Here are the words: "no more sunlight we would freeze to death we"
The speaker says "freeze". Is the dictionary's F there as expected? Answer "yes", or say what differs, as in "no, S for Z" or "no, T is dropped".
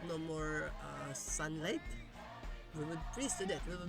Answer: no, P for F